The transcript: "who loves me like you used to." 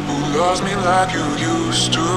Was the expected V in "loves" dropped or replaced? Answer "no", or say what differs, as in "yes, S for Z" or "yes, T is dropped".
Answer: yes, V is dropped